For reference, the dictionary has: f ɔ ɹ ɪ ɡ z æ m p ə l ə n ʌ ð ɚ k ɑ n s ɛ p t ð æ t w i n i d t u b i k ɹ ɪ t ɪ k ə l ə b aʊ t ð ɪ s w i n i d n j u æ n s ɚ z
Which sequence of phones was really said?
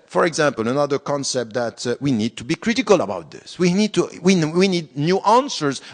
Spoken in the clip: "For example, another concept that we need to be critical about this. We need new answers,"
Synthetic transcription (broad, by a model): f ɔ ɹ ɪ ɡ z æ m p ə l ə n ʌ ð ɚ k ɑ n s ɛ p t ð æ t w i n i d t u b i k ɹ ɪ t ɪ k ə l ə b aʊ t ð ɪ s w i n i d n j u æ n s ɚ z